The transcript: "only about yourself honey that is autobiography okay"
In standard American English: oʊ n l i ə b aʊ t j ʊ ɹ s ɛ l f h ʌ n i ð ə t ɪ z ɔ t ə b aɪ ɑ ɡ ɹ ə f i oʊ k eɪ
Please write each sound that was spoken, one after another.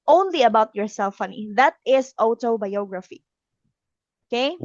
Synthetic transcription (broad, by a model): oʊ n l i ə b aʊ t j ʊ ɹ s ɛ l f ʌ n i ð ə t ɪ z ɔ t ə b aɪ ɑ ɡ ɹ ə f i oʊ k eɪ